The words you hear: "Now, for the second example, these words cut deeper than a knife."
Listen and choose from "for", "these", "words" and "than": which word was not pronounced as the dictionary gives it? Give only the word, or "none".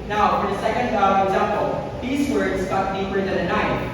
none